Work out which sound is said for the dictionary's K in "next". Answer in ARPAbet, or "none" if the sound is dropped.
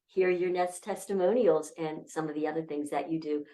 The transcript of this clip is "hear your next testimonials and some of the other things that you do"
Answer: none